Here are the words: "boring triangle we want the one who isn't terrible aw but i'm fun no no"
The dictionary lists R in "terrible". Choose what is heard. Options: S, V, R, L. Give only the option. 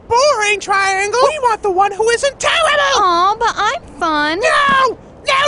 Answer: L